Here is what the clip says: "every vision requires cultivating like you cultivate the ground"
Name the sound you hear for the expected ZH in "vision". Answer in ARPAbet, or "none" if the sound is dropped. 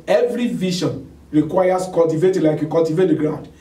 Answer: SH